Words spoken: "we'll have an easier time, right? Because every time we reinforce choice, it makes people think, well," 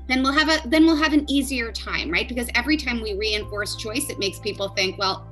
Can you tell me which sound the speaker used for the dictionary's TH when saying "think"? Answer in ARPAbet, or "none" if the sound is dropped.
TH